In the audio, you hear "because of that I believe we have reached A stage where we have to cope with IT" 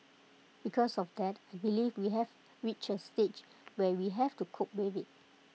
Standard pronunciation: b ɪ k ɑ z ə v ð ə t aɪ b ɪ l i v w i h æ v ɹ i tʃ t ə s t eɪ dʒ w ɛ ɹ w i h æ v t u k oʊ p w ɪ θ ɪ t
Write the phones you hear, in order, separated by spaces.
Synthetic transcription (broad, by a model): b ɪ k ɑ s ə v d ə t aɪ b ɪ l i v w i h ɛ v ɹ i tʃ ə s t eɪ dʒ w ɛ w i h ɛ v t u k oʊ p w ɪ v ɪ t